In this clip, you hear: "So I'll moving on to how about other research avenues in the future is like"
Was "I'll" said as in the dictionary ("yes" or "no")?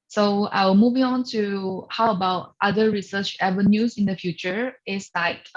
no